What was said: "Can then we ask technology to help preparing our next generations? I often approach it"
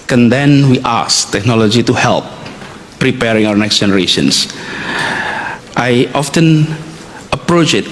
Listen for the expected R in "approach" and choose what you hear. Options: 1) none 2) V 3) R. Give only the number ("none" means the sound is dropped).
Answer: 3